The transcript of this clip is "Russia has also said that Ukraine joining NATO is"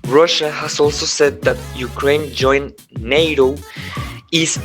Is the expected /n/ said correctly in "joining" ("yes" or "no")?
no